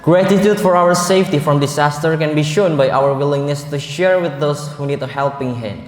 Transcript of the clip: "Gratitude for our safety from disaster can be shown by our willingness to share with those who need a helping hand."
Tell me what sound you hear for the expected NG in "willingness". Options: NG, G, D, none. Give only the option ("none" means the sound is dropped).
NG